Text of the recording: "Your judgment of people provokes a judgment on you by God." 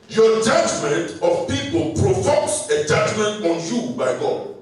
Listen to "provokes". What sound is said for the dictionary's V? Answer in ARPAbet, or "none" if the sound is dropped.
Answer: F